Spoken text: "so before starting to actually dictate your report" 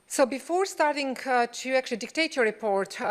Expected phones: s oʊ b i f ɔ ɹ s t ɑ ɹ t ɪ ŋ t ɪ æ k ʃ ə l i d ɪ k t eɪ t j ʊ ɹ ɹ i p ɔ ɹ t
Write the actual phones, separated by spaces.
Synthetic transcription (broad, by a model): s oʊ b i f ɔ ɹ s t ɑ ɹ t ɪ ŋ t ɪ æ k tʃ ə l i d ɪ k t eɪ t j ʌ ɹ ɹ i p ɔ ɹ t